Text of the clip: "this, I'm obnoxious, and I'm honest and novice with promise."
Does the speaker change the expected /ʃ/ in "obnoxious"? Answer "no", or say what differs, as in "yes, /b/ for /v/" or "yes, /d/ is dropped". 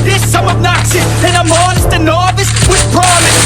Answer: yes, /s/ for /ʃ/